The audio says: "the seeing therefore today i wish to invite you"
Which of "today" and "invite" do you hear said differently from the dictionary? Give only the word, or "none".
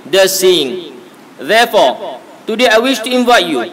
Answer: none